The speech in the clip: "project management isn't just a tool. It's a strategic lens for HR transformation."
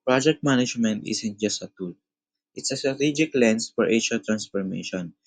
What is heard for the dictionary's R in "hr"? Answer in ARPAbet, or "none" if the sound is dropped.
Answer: L